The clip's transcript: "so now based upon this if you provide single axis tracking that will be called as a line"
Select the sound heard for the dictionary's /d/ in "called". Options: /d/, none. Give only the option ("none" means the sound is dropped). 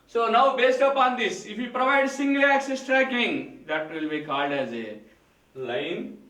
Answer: /d/